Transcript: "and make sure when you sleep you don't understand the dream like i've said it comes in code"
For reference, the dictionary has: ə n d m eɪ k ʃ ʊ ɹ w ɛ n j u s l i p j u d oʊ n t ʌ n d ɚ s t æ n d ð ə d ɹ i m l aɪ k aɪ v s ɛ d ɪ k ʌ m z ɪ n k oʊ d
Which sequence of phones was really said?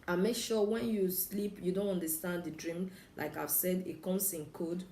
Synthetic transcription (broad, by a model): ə m eɪ k ʃ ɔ w ɛ n j u s l i p j u d oʊ n t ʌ n d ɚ s t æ n d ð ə d ɹ i m l aɪ k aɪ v s ɛ d ɪ k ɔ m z ɪ n k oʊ d